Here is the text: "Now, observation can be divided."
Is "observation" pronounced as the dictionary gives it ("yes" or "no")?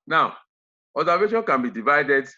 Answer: no